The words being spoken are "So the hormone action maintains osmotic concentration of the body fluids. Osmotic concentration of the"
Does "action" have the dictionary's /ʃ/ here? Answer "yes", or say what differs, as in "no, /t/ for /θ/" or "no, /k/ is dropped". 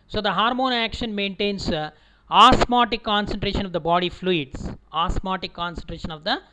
yes